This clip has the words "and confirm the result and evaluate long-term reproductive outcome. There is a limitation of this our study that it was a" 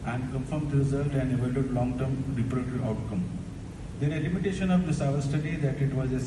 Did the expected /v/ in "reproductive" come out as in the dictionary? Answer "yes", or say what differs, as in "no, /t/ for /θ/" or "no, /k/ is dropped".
no, /v/ is dropped